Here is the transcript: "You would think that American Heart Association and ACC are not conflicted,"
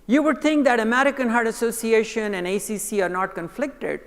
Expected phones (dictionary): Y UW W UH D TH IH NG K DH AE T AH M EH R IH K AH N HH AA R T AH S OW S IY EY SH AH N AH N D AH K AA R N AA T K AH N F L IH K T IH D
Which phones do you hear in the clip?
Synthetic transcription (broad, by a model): Y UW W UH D T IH NG K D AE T AH M EH R IH K AH N HH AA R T AH S OW S IY EY SH AH N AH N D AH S AA R N AA T K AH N F L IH K T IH D